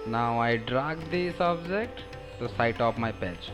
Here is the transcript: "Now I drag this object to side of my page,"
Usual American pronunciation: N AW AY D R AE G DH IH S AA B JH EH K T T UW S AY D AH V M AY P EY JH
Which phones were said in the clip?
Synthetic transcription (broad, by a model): N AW AY D R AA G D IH S AA B JH EH K T T UW S AY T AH P M AY P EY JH